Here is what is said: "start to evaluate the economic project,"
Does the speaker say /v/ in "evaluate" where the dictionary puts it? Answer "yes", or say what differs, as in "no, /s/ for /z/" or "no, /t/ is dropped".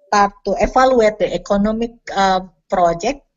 no, /f/ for /v/